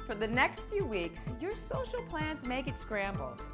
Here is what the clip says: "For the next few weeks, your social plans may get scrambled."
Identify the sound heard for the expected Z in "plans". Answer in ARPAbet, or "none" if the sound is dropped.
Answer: Z